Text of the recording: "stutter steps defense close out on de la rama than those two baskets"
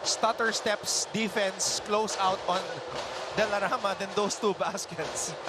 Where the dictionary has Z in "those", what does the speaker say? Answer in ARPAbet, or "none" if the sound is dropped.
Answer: S